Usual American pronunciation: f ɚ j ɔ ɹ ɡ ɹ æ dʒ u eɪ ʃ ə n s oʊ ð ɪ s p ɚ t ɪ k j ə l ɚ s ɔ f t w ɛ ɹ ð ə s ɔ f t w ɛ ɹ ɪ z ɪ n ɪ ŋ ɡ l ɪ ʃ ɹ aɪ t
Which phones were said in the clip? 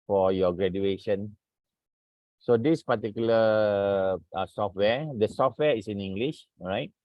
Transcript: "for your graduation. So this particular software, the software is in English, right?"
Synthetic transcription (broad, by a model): f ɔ j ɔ ɡ ɹ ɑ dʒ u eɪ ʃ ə n s oʊ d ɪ s p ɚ t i k j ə l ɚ s ɔ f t w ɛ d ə s ɔ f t w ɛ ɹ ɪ s ɪ n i ŋ ɡ l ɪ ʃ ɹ aɪ t